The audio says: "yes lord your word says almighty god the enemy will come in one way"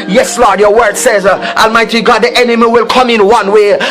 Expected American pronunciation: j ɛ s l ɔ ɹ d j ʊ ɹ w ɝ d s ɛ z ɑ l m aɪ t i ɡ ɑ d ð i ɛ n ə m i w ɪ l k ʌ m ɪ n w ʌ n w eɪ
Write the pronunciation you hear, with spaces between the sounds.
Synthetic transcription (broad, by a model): j ɛ s l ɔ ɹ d j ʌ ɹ w ɝ d s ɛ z ɑ l m aɪ t i ɡ ɑ d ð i ɛ n ə m i w ɪ l k ʌ m ɪ n w ʌ n w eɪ